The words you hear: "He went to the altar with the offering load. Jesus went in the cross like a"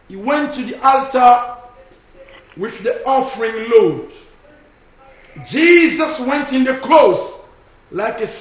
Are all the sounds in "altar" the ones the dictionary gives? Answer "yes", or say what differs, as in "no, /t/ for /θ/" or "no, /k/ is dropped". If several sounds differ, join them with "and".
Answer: yes